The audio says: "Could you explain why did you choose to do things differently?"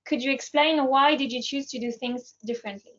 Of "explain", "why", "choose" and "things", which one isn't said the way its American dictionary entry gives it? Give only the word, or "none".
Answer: none